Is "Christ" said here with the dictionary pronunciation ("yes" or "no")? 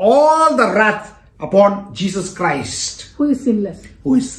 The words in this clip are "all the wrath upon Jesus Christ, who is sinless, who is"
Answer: yes